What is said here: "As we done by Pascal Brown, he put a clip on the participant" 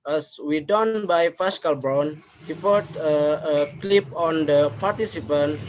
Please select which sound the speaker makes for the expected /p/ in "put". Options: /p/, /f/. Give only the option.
/f/